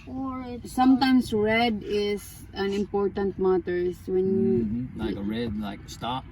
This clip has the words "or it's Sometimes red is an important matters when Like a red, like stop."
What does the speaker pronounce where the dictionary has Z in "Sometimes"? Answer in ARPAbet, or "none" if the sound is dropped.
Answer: S